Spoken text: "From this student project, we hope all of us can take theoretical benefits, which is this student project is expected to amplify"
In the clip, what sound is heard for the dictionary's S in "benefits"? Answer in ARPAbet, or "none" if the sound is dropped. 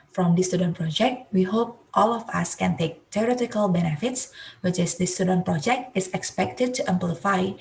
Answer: S